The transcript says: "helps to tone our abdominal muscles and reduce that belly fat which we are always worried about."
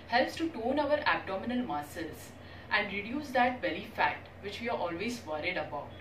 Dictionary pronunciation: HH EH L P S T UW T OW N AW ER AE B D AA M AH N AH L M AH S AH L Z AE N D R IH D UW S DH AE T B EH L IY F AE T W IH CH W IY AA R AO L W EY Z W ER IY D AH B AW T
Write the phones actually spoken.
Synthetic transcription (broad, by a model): HH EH L P S T UW T OW N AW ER AE B D AA M AH N AH L M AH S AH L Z AE N D R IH D UW S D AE T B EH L IY F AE T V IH CH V IY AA R AO L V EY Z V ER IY D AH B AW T